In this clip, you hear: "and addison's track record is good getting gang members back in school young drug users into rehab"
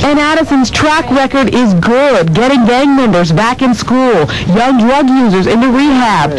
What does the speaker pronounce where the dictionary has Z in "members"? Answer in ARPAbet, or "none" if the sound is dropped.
Z